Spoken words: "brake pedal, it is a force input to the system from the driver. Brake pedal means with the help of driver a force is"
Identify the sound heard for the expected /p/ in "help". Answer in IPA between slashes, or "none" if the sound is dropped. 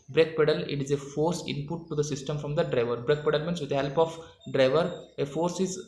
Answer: /p/